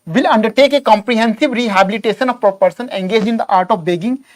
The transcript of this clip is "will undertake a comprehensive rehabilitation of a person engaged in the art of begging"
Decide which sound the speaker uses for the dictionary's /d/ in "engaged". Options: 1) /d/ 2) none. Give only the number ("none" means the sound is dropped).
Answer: 2